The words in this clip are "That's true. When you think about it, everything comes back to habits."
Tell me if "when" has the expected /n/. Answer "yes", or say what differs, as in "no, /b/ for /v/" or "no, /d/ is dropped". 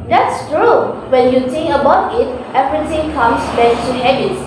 yes